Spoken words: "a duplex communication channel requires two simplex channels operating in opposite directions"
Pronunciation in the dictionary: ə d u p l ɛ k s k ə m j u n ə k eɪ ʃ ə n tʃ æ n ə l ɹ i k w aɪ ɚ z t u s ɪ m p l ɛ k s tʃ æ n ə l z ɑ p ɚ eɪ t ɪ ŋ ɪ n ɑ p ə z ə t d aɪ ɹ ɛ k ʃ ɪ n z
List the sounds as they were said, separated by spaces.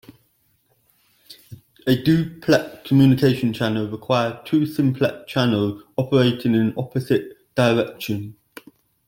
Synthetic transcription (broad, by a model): ə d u p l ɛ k k ə m j u n ə k eɪ ʃ ə n tʃ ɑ n ə l ɹ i k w aɪ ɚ t u s ɪ m p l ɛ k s tʃ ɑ n ə l z ɑ p ɚ eɪ t ɪ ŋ ɪ n ɑ p ə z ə t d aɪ ɹ ɛ k ʃ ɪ n